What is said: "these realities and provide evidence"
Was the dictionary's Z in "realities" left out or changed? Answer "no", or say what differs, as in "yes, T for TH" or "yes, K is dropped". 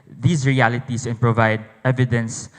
yes, S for Z